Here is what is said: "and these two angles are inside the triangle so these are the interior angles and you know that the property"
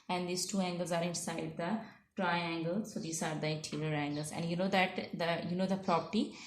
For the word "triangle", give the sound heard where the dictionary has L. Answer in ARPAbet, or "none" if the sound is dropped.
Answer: L